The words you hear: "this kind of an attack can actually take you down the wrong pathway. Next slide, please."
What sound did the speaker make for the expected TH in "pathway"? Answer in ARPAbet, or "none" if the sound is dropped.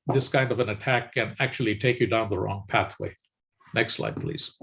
TH